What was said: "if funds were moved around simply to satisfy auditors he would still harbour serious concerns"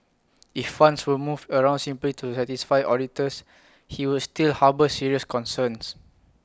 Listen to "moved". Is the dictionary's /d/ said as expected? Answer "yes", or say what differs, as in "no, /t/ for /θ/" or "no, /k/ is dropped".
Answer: no, /d/ is dropped